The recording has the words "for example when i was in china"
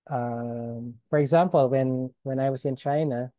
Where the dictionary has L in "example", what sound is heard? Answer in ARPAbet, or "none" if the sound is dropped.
N